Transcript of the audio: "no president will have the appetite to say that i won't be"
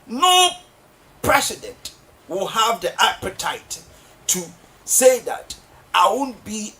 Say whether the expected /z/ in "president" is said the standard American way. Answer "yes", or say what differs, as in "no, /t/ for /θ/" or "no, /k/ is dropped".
no, /s/ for /z/